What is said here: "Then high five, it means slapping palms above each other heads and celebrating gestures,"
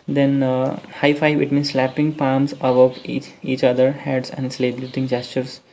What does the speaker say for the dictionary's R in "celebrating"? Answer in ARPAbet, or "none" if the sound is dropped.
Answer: L